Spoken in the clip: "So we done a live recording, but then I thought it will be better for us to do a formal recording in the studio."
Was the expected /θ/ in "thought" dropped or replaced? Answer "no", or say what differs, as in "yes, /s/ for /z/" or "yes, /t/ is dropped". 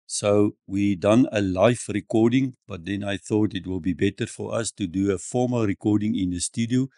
no